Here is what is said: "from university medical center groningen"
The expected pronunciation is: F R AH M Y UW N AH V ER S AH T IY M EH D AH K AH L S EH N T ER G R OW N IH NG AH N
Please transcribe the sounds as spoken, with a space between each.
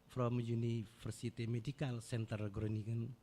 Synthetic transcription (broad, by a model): F R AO M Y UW N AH F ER S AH T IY M EH D AH K AH L S EH N T ER G R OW N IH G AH N